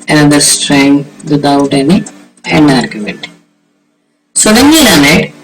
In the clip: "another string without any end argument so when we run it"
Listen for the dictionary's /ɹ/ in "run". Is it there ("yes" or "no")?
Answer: no